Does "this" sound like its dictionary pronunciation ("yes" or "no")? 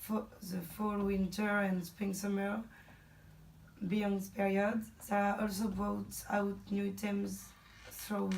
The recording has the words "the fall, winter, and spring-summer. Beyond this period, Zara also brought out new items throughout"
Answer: no